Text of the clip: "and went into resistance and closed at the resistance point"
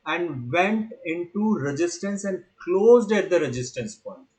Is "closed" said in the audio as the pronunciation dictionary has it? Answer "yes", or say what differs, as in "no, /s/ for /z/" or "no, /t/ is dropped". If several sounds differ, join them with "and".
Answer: yes